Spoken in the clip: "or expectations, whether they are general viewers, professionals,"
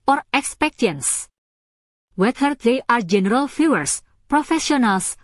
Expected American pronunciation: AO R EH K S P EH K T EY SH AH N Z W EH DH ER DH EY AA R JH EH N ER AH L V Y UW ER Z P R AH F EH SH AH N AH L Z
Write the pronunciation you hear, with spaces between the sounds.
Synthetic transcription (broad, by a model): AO R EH K S P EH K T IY AH N S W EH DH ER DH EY AA R JH EH N ER AH L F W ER S P R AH F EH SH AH N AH L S